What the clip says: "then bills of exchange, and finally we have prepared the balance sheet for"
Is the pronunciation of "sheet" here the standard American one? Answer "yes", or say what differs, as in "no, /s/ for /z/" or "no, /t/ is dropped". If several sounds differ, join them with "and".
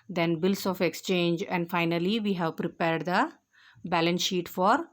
yes